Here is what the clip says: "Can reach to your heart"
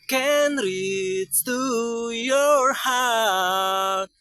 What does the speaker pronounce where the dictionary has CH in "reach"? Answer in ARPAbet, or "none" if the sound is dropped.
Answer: S